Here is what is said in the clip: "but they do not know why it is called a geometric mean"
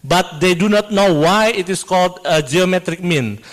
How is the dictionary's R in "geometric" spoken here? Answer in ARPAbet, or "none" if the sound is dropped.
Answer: R